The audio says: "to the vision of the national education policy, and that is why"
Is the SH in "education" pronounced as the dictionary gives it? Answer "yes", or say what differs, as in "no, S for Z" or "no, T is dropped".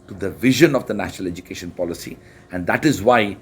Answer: yes